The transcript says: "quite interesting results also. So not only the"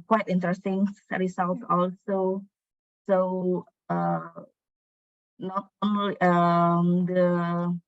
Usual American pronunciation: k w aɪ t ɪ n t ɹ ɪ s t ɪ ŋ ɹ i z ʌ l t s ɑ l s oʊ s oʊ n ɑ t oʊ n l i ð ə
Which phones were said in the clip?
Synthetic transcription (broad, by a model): k w aɪ t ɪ n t ɹ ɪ s t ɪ ŋ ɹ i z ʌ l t ɑ l s oʊ s oʊ n ɑ t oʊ n l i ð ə